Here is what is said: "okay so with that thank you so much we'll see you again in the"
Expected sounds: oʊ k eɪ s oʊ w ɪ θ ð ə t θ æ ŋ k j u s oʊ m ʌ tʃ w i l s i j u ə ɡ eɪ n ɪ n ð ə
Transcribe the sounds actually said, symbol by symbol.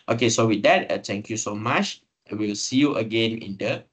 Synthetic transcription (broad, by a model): oʊ k eɪ s oʊ w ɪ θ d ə t t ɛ ŋ k j u s oʊ m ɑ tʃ w i l s i j u ə ɡ eɪ n ɪ n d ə